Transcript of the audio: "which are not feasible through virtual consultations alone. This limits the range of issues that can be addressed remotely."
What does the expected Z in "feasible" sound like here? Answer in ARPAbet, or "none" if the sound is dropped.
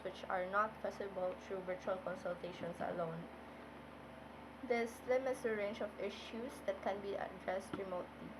S